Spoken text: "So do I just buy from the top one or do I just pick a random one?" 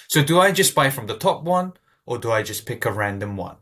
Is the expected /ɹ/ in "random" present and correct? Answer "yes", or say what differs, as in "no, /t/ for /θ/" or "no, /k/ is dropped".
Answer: yes